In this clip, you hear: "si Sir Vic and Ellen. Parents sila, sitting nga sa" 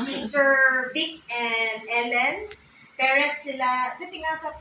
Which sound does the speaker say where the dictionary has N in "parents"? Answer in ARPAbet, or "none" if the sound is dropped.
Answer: none